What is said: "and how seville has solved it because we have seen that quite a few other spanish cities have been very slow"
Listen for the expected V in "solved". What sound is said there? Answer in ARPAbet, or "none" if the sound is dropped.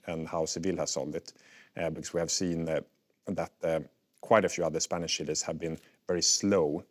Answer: none